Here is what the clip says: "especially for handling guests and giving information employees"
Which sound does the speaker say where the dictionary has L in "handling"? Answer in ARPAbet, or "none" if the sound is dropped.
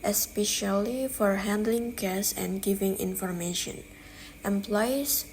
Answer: L